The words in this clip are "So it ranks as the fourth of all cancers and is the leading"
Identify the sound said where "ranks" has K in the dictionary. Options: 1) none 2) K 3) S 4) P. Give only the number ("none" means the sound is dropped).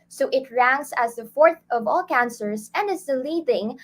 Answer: 1